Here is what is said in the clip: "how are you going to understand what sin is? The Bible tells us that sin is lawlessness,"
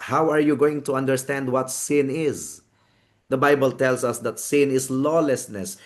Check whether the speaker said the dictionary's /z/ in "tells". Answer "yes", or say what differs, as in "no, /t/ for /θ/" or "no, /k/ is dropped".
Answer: no, /s/ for /z/